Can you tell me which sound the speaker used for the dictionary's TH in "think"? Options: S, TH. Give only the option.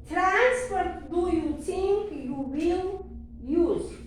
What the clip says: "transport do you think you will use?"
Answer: S